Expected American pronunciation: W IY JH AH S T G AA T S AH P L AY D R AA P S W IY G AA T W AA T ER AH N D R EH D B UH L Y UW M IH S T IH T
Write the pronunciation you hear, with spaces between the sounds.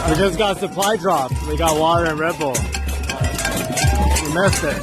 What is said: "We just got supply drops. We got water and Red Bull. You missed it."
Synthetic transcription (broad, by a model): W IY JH AH S G AA T S AH P L AY D R AA P W IY G AA T W AA T ER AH N R EH D B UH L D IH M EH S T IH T